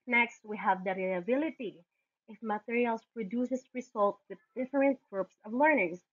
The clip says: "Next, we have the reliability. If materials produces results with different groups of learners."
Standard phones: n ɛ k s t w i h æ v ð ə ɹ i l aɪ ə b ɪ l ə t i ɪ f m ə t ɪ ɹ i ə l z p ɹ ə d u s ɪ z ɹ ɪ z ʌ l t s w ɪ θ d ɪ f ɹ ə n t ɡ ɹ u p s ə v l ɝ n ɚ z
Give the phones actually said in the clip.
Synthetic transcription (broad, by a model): n ɛ k s t w i h æ v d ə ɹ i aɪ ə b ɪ l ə t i ɪ f m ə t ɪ ɹ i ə l s p ɹ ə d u s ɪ s ɹ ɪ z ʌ l t w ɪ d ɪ f ɹ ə n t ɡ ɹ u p s ə v l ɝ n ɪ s